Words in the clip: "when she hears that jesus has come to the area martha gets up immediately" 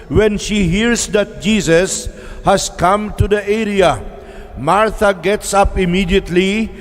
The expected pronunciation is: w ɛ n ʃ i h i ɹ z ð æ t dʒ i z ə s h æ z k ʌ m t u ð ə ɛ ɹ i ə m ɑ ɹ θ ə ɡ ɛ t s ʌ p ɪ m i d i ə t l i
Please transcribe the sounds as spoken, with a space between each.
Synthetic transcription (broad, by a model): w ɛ n ʃ i h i ɹ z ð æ t dʒ i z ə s h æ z k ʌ m t u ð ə ɛ ɹ i ə m ɑ ɹ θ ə ɡ ɛ t s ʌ p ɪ m i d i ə t l i